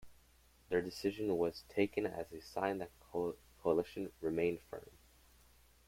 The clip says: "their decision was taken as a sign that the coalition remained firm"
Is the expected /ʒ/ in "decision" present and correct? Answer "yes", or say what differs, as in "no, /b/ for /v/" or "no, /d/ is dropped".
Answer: yes